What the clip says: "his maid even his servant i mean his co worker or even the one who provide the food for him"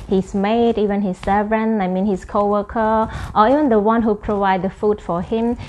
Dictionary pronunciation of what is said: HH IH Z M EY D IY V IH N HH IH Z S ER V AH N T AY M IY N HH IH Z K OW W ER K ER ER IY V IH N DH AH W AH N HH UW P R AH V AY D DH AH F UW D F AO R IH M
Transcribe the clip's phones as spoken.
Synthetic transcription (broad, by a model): HH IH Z M EY D IY V IH N HH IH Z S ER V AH N AY M IY N HH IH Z K OW W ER K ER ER IY V IH N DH AH W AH N HH UW P R AH V AY D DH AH F UW D F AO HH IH M